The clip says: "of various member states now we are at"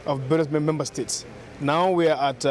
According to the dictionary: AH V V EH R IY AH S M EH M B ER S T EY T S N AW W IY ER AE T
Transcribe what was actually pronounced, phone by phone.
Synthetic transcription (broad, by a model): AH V B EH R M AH M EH M B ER S T EY T S N AW W IY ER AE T